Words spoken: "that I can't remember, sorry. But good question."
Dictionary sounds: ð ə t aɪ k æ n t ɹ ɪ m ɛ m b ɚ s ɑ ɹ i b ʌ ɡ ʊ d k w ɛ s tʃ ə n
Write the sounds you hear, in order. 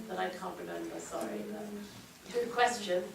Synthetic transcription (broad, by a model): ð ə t aɪ k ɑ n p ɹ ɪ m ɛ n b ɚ s ɑ ɹ i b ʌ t k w ɛ s tʃ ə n